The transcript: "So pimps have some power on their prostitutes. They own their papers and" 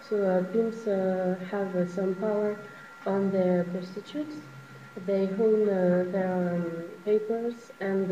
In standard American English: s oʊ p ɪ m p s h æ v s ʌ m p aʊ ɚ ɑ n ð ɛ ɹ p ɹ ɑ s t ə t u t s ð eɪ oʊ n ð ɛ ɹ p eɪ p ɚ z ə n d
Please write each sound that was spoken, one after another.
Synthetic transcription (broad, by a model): s oʊ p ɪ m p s h æ v s ʌ m p aʊ ɚ ɑ n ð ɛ ɹ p ɑ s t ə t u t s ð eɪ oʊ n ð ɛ ɹ p eɪ p ɚ z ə n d